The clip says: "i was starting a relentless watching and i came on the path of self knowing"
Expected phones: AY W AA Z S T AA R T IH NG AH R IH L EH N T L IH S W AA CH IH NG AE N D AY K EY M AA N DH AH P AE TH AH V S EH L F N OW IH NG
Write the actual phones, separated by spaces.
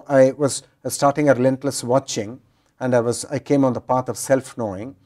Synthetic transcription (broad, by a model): AY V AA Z S T AA R T IH NG AH R IH L EH N T L IH S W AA CH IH NG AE N D AY K EY M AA N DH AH P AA T AH V S EH L F N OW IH NG